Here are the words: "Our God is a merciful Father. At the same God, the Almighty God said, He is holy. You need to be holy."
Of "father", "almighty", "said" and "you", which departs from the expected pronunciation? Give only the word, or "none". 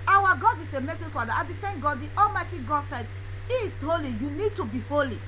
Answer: father